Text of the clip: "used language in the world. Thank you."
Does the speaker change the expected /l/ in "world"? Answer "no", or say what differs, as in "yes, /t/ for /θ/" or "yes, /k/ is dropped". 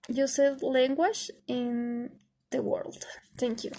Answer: no